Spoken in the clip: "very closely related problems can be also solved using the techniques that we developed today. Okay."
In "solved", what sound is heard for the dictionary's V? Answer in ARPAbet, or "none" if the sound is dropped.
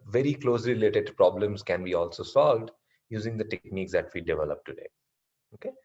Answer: V